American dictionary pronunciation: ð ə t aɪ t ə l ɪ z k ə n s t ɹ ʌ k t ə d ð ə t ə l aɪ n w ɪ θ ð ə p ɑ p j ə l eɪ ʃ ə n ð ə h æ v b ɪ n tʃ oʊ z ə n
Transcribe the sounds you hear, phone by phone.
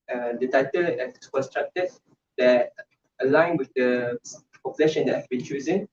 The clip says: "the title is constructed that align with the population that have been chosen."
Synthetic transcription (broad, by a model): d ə t aɪ t ə l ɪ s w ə s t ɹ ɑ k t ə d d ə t ə l aɪ n w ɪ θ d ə p ɑ p j ə l eɪ ʃ ə n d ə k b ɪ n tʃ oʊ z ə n